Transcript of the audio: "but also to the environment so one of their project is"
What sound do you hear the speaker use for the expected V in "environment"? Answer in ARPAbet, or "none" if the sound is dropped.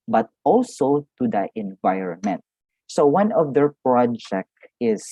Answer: V